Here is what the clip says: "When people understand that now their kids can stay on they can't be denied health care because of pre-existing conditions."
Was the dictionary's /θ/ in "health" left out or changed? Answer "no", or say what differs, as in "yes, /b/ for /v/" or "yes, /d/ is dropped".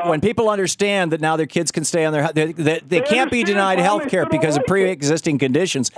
no